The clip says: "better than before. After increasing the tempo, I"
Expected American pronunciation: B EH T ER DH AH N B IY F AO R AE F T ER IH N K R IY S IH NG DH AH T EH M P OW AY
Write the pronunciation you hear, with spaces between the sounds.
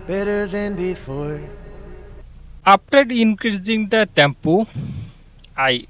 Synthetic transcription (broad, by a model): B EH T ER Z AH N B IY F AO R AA P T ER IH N K R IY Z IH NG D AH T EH M P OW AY